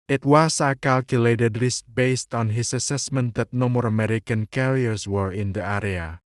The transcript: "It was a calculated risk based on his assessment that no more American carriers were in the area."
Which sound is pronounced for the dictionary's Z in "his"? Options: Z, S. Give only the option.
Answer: S